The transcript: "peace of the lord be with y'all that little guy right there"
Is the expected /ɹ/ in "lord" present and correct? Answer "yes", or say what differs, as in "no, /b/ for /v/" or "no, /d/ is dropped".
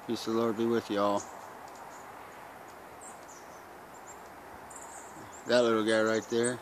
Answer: yes